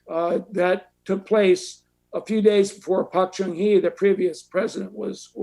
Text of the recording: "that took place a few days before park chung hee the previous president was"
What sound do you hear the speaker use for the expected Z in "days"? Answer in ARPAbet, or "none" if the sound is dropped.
Z